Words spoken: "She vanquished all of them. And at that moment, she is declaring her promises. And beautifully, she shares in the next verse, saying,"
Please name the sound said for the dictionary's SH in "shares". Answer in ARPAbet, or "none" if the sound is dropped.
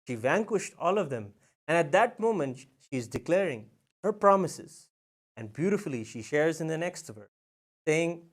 SH